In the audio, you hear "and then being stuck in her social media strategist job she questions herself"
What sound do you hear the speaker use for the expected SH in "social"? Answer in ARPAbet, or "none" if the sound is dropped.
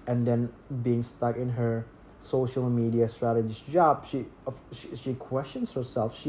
SH